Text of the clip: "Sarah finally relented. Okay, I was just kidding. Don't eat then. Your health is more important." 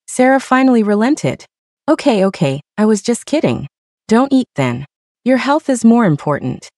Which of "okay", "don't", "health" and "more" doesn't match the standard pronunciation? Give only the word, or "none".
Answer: none